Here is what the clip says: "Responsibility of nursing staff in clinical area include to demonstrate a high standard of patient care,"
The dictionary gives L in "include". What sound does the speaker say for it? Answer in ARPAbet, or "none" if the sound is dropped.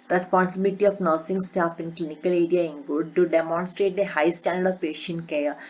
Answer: none